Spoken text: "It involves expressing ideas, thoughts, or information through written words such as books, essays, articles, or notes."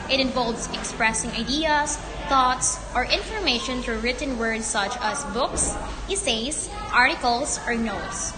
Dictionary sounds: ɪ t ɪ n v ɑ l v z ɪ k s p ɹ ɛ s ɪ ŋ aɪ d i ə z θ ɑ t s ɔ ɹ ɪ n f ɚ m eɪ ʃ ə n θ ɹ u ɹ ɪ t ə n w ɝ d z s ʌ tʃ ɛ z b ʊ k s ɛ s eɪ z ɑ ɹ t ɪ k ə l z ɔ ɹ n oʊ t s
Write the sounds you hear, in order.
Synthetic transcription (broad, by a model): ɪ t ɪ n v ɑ l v s ɪ k s p ɹ ɛ s ɪ ŋ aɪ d i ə s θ ɑ t s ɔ ɹ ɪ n f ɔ m eɪ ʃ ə n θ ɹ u ɹ ɪ t ə n w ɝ d s ʌ tʃ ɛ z b ʊ k s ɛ s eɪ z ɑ ɹ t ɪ k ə l s ɔ ɹ n oʊ t s